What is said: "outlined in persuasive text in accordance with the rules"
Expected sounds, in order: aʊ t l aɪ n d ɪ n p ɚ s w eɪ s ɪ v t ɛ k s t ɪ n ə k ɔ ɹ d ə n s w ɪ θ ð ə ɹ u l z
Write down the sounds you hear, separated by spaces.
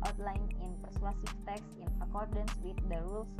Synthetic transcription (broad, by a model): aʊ t l aɪ n ɪ n p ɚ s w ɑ s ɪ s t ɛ k s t ɪ n ə k ɔ ɹ d ə n s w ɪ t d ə ɹ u l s